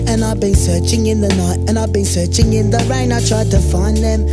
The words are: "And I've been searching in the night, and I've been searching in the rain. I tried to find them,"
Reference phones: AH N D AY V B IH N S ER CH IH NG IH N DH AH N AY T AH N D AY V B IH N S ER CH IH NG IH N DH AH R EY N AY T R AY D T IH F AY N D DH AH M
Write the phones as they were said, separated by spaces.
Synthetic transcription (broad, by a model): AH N AY V B IH N S ER CH IH NG IH N DH AH N AY T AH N AY V B IH N S ER CH IH NG IH N DH AH R EY N AY T R AY D T IH F AY N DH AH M